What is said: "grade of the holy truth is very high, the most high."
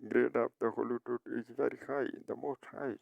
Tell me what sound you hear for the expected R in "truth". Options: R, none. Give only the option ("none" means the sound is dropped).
none